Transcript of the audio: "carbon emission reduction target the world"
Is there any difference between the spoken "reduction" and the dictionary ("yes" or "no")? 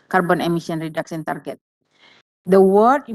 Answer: yes